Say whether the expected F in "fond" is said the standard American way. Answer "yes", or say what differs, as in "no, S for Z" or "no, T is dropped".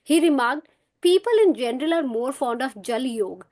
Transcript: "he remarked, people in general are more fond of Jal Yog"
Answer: yes